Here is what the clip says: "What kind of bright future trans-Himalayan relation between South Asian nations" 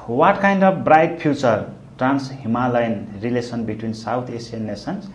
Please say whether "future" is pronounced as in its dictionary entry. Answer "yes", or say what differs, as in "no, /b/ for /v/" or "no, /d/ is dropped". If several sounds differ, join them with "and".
no, /p/ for /f/